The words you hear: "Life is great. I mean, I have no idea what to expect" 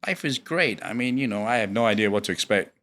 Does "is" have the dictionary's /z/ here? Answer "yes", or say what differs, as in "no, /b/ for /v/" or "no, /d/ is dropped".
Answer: yes